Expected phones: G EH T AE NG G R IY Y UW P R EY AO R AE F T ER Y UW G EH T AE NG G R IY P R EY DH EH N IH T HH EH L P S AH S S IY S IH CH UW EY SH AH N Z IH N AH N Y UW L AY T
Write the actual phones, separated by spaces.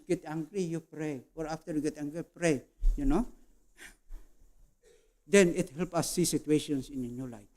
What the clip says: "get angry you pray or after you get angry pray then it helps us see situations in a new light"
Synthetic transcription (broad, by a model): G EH T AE NG G R IY Y UW P R EY AO R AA F T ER Y UW G EH T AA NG G R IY P R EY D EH N IH T HH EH L P AH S S IY S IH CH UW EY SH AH N S IH N AH N Y UW L AY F